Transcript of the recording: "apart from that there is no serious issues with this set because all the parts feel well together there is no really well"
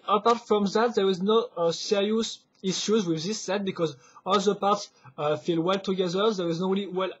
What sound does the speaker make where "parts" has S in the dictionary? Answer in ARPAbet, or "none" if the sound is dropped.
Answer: S